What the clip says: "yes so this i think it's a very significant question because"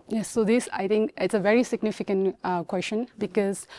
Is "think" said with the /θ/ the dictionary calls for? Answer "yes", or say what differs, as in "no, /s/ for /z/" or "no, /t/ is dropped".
no, /t/ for /θ/